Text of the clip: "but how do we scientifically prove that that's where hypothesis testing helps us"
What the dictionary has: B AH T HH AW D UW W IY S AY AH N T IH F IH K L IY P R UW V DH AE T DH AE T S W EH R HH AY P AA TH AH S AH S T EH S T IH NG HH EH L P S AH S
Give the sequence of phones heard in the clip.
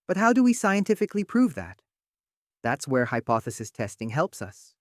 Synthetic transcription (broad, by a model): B AH T HH AW D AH W IY S AY AH N T IH F IH K L IY P R UW V DH AE T DH AE T S W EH R HH AY P AA TH AH S AH S T EH S T IH NG HH EH L P S AH S